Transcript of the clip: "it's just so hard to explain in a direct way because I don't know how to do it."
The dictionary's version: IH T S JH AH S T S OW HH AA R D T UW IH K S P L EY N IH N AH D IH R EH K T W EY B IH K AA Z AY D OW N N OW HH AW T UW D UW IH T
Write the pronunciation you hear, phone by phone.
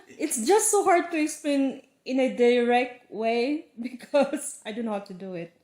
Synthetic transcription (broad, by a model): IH T S JH AH S T S OW HH AA R D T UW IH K S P EY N IH N AH D IH R EH K T W EY B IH K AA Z AY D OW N N OW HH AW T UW D UW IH T